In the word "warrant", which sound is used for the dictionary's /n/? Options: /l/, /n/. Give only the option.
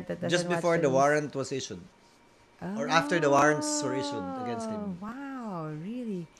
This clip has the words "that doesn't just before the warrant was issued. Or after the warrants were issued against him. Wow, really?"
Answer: /n/